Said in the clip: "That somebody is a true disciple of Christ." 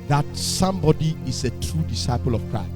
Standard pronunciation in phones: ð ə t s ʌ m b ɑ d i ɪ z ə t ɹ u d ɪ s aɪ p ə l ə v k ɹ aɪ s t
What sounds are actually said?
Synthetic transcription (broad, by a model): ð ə t s ʌ m b ɑ d i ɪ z ə t ɹ u d ɪ s aɪ p ə l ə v k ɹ aɪ s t